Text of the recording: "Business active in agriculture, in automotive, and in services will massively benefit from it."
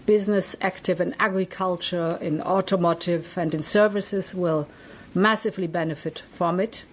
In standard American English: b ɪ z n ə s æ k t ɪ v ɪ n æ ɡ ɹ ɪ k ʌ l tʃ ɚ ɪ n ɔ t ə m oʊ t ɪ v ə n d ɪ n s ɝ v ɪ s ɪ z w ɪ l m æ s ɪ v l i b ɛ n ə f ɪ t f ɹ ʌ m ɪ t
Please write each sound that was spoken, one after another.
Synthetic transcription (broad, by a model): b ɪ z n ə s æ k t ɪ v ɪ n æ ɡ ɹ ɪ k ʌ l tʃ ɚ ɪ n ɔ t ə m oʊ t ɪ v ə n d ɪ n s ɝ v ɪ s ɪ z w ɪ l m æ s ɪ v l i b ɛ n ə f ɪ t f ɹ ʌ m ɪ t